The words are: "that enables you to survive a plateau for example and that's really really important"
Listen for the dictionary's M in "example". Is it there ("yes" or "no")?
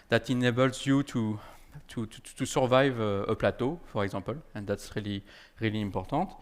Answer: no